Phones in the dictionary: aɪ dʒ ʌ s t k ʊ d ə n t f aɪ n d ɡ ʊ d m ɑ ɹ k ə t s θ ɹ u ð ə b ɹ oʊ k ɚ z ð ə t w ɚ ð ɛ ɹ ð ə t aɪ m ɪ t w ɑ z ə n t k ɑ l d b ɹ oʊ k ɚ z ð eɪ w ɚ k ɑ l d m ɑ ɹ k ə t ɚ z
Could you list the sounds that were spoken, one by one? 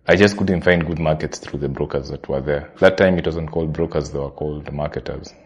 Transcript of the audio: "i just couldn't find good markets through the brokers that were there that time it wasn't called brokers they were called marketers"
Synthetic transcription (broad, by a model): aɪ dʒ ʌ s t k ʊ d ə n t f aɪ n d ɡ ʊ d m ɑ ɹ k ə t s θ ɹ u ð ə b ɹ oʊ k ɚ z ð ə t w ɚ ð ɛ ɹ ð ə t aɪ m ɪ t w ɑ z ə n t k ɑ l d b ɹ oʊ k ɚ z ð eɪ w ɚ k ɑ l d m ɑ ɹ k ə t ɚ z